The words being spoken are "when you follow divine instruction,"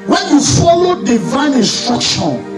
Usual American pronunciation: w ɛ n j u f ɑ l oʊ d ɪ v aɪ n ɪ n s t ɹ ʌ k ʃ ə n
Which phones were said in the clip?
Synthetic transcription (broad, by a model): w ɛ n j u f ɑ l oʊ d ɪ v aɪ n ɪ n s t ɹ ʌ k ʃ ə n